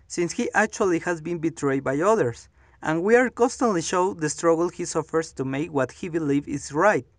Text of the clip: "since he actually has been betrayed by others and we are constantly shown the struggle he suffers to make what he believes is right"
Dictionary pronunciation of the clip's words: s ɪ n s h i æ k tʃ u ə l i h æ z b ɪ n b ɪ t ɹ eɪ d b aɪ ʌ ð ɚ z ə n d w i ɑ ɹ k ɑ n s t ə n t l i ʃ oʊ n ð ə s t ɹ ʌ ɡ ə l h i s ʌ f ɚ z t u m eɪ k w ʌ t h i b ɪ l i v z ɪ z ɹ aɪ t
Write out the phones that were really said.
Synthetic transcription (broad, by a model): s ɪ n s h i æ k tʃ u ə l i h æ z b ɪ n b ɪ t ɹ eɪ d b aɪ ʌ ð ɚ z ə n w i ɑ ɹ k ɑ n s t ə n t l i ʃ oʊ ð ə s t ɹ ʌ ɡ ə l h i s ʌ f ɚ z t u m eɪ k w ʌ t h i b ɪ l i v ɪ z ɹ aɪ t